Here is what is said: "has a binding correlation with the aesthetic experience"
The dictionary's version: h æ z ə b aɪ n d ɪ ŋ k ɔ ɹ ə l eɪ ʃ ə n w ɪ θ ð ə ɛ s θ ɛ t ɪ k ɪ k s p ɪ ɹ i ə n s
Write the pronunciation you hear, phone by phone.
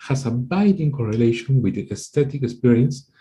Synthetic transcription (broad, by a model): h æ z ə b aɪ d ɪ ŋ k ɔ ɹ ə l eɪ ʃ ə n w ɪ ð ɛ s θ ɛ t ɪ k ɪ k s p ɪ ɹ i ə n s